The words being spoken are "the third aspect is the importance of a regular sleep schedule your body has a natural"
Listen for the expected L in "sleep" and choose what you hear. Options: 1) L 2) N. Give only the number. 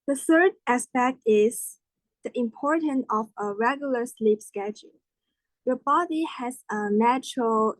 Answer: 1